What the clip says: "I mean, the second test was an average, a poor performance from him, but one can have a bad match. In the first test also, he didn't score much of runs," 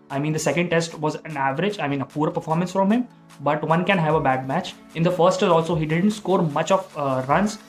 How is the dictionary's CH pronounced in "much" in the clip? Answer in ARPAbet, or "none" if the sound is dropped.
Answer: CH